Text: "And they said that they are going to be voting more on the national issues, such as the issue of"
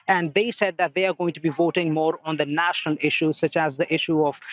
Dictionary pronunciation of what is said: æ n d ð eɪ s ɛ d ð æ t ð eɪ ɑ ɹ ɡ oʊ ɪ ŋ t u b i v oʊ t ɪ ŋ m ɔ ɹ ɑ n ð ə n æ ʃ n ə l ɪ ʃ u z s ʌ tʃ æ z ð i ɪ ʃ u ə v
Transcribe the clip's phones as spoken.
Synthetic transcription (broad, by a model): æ n d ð eɪ s ɛ d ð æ t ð eɪ ɑ ɹ ɡ oʊ ɪ ŋ t u b i v oʊ t ɪ ŋ m ɔ ɹ ɑ n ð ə n æ ʃ n ə l ɪ ʃ u z s ʌ tʃ æ z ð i ɪ ʃ u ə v